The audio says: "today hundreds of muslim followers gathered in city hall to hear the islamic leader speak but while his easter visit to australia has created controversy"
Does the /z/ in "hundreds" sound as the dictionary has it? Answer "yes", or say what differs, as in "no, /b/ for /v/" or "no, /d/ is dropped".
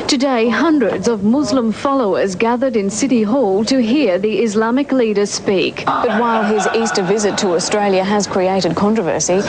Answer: yes